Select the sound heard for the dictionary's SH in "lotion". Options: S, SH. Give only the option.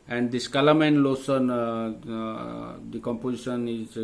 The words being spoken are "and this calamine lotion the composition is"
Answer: S